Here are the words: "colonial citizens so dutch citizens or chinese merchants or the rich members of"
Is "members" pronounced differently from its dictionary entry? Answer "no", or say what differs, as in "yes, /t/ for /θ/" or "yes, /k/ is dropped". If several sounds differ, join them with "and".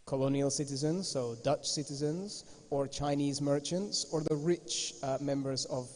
no